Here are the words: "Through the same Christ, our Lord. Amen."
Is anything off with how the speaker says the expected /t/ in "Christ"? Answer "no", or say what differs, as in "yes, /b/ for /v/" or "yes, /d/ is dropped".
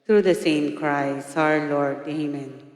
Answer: yes, /t/ is dropped